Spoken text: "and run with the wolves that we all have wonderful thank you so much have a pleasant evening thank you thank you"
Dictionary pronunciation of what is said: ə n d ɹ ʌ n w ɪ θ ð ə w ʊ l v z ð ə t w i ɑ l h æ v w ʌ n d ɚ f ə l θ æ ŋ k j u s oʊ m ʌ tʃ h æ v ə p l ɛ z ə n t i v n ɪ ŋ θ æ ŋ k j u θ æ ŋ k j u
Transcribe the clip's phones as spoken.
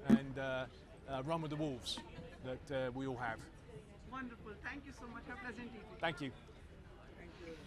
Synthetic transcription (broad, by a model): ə n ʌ ɹ ʌ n w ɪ ð ə w ʊ l v z ð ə t w i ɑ l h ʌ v w ʌ n d ɚ f ə l t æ ŋ k j u s oʊ m ʌ tʃ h ə p l ɛ z ə n t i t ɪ θ æ ŋ k j u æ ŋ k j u